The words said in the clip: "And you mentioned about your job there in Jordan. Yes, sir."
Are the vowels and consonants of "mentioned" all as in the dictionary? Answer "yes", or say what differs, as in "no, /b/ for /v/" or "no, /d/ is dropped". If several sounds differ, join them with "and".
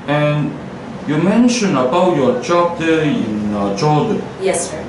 no, /d/ is dropped